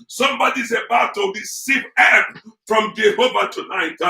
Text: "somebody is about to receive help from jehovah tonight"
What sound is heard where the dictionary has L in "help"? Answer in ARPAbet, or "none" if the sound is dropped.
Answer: none